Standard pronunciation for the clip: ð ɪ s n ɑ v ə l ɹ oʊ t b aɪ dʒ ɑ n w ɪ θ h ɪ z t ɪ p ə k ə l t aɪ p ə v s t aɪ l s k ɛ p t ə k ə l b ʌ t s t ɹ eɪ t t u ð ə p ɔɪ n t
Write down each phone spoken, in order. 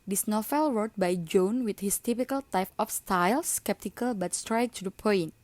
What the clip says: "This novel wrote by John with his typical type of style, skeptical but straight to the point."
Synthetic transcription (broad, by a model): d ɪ s n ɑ f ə l ɹ oʊ t b aɪ dʒ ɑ n w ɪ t h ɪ s t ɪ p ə k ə l t aɪ p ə f s t aɪ l s k ɛ p t ə k ə l b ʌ t s t ɹ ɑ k t u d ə p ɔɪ n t